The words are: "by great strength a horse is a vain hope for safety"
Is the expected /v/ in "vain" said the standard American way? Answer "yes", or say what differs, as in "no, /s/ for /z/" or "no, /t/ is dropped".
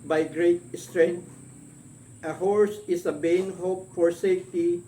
no, /b/ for /v/